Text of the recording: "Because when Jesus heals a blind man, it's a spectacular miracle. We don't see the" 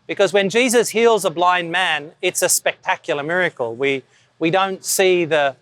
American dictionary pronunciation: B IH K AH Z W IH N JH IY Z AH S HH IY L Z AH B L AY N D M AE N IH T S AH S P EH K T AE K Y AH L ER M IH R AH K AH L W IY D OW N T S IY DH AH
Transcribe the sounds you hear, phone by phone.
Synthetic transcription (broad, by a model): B IH K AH Z W IH N JH IY Z AH S HH IY L Z AH B L AY N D M AE N IH T S AH S P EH K T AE K Y L ER M IH R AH K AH L W IY D OW N T S IY DH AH